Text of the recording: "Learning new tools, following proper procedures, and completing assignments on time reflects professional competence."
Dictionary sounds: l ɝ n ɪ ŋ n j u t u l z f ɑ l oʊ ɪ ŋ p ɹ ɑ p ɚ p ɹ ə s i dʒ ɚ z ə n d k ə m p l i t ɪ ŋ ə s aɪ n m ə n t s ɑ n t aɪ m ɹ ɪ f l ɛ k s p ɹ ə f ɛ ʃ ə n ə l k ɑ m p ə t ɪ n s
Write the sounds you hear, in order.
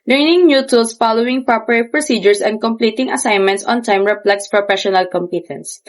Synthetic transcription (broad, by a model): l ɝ n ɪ ŋ n j u t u l s f ɑ l oʊ ɪ ŋ p ɹ ɑ p ɚ p ɹ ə s i dʒ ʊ s ə n d k ə m p l i t ɪ ŋ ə s aɪ n m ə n t s ɑ n t aɪ m ɹ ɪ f l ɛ k s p ɹ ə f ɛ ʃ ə n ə l k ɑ m p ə t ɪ n s